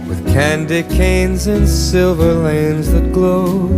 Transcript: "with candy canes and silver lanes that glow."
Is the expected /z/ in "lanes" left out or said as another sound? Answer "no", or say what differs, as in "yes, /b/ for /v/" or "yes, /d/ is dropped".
no